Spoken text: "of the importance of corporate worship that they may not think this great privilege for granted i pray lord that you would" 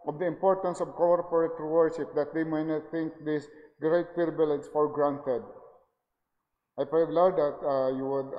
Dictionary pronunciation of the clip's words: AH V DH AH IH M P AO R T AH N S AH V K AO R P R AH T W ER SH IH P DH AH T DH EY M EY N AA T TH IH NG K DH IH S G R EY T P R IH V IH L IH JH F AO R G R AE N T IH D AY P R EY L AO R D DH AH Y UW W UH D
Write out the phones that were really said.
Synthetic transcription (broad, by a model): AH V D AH IH M P AO R T AH N S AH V K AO R P R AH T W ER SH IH P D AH T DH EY M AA N AA T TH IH NG K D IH S G R EY T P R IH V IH L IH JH F AO R G R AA N T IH D AY P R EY L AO W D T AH Y UW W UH D